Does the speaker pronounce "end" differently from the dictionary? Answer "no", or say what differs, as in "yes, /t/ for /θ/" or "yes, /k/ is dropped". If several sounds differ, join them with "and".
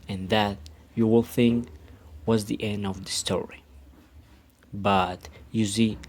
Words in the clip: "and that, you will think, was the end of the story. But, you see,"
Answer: no